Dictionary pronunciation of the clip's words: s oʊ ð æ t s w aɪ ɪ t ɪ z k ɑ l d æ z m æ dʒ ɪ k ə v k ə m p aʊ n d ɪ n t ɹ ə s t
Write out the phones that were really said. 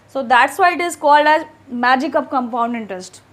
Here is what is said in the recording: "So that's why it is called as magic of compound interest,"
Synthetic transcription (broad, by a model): s oʊ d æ t s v aɪ ɪ t ɪ z k ɑ l d æ z m æ dʒ ɪ k ə v k ə m p aʊ n d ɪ n t ɹ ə s t